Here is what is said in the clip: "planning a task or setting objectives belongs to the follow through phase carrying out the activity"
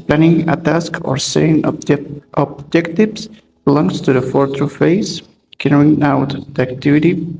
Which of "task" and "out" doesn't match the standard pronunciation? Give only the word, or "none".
none